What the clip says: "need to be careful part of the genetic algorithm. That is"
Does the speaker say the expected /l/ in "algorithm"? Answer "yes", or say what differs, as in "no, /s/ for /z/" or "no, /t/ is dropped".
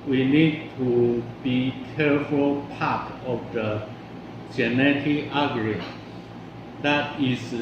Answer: no, /l/ is dropped